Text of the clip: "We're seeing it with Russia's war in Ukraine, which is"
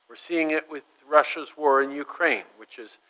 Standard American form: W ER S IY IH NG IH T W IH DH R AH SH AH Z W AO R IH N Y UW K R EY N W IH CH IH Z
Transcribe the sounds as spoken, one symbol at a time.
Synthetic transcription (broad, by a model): W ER S IY IH NG IH T W IH DH R AH SH AH Z W AO R IH N Y UW K R EY N W IH CH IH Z